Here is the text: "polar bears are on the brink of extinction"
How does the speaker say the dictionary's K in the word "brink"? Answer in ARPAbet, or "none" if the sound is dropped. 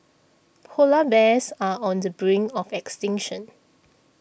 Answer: none